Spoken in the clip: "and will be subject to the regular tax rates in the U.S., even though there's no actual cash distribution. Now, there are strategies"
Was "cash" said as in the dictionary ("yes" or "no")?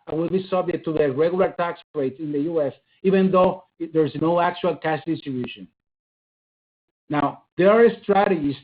no